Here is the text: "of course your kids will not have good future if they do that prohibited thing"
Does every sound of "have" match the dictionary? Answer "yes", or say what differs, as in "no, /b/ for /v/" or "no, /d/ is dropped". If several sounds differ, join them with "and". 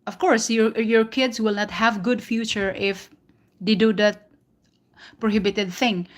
yes